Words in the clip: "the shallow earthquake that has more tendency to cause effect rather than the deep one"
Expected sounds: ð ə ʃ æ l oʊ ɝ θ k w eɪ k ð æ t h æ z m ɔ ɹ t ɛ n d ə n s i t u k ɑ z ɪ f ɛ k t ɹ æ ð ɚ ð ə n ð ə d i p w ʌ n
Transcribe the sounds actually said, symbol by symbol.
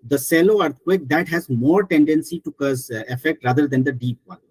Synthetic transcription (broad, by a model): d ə s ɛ l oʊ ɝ t k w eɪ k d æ t h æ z m ɔ ɹ t ɛ n d ə n s i t u k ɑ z ɪ f ɛ k t ɹ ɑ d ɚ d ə n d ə d i p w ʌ n